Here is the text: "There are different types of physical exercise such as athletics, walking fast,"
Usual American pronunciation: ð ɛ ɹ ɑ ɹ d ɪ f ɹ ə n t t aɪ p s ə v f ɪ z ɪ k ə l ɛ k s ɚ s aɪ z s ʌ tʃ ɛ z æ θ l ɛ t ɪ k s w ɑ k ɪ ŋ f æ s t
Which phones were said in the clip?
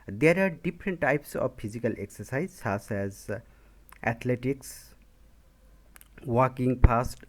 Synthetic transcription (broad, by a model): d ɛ ɹ ɑ ɹ d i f ɹ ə n t t aɪ p s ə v p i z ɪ k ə l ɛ k s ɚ s aɪ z s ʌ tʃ ɛ z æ t l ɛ t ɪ k s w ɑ k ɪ ŋ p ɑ s t